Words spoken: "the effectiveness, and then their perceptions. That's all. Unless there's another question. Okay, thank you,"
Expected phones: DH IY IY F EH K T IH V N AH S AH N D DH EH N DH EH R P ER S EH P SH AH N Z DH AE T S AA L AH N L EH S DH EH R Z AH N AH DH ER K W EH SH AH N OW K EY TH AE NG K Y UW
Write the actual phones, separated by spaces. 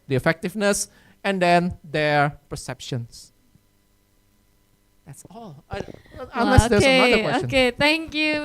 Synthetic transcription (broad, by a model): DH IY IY F EH K T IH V N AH S AH N D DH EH N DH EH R P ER S EH P SH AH N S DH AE T S AA L AH N L EH S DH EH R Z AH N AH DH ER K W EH AH OW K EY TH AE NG K Y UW